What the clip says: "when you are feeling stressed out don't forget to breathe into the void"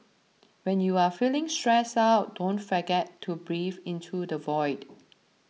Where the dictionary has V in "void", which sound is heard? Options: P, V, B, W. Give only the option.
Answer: V